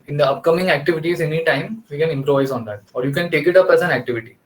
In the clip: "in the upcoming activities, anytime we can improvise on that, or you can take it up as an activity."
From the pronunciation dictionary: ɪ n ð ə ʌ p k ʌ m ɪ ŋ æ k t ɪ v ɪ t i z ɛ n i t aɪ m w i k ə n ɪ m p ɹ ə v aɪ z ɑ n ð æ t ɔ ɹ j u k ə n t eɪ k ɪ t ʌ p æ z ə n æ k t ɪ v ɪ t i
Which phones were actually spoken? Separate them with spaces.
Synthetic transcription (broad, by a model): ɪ n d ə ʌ p k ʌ m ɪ ŋ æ k t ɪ v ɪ t i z ɛ n i t aɪ m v i k ə n ɪ m p ɹ ə v aɪ z ɑ n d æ t ɔ ɹ j u k ə n t eɪ k ɪ t ʌ p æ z ə n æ k t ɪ v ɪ t i